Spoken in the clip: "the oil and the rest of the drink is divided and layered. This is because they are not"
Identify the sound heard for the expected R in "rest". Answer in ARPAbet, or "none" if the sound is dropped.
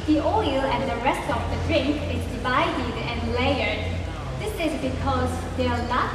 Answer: R